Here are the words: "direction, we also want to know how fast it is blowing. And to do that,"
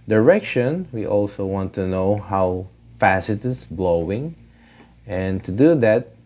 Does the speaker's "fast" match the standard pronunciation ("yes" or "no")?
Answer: no